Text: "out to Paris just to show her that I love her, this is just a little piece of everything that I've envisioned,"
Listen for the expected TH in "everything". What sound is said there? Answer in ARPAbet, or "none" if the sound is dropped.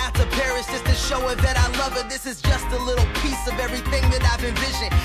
TH